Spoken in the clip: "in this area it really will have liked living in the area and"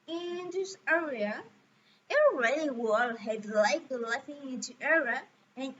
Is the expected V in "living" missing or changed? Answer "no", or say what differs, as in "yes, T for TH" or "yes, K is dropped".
yes, F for V